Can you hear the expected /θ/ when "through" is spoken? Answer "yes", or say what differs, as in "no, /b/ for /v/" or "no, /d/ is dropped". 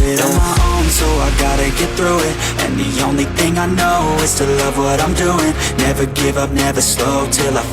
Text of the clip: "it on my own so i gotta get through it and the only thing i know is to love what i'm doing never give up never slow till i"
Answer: yes